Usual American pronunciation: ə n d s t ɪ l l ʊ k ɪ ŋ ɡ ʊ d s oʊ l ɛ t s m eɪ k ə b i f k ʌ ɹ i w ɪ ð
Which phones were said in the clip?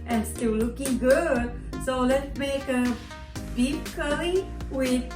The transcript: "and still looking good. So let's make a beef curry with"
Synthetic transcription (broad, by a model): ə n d s t ɪ l l ʊ k ɪ ŋ ɡ ʊ d s oʊ l ɛ t s m eɪ k ə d i p k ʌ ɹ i w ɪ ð